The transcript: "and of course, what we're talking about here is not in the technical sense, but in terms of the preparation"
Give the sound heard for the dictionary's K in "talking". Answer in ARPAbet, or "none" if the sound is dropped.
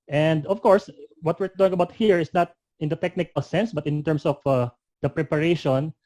none